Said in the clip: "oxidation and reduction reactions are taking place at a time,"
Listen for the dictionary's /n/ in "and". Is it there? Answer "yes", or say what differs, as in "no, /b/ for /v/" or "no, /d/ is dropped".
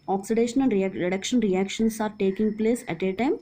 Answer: no, /l/ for /n/